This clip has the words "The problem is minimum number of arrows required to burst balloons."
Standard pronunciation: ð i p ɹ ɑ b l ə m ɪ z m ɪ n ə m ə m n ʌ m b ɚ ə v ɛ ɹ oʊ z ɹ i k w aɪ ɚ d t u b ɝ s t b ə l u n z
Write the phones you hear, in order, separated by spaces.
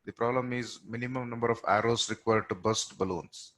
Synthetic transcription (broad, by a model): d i p ɹ ɑ b l ə m ɪ z m ɪ n ə m ə m n ʌ m b ɚ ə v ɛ ɹ oʊ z ɹ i k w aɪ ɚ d t u b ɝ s t b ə l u n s